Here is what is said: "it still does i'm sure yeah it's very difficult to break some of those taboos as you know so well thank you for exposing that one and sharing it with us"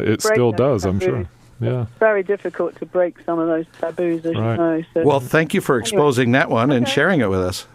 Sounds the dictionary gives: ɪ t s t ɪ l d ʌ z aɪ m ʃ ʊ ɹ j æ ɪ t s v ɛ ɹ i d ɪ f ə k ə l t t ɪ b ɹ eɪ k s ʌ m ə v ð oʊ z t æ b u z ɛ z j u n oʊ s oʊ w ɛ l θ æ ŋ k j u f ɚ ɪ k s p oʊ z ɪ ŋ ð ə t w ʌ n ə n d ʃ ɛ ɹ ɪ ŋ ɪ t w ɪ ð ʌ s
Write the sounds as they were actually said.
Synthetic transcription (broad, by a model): ɪ t s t ɪ l d ʌ z aɪ m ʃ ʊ ɹ j æ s v ɛ ɹ i d ɪ f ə k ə l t t ɪ b ɹ eɪ k s ʌ m ə v ð oʊ z t æ b u z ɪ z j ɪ n oʊ s oʊ w ɛ l θ æ ŋ k j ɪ f ɚ ɪ k s p oʊ z ɪ ŋ ð ə t w ʌ n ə n ʃ ɛ ɹ ɪ ŋ ɪ t w ɪ ð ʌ s